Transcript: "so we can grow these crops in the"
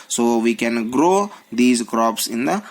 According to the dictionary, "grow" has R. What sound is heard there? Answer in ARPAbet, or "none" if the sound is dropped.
R